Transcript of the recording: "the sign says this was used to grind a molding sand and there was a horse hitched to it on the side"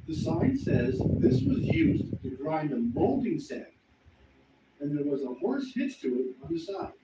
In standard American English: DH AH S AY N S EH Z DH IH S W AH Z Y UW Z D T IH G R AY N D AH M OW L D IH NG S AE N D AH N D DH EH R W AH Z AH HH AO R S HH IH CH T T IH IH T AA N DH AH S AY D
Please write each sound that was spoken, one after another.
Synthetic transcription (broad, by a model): DH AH S AY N S EH Z DH IH S W AH Z Y UW Z T IH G R AY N AH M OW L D IH NG S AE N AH N DH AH R W AH Z AH HH AO R S HH IH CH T T IH IH T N DH AH S AY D